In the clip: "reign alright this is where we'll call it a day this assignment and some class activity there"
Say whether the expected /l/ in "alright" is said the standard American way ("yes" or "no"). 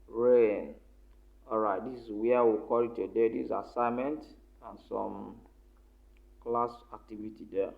no